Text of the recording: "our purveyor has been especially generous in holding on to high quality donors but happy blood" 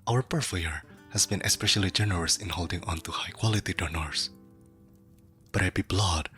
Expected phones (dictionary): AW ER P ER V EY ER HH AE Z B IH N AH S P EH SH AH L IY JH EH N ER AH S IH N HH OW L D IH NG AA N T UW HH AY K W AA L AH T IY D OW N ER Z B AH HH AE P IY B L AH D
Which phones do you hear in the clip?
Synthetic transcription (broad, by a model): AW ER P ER F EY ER HH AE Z B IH N AH S P EH SH AH L IY JH EH N ER AH S IH N HH OW L D IH NG AA N T UW HH AY K W AA L AH T IY D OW N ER S B AH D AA B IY B L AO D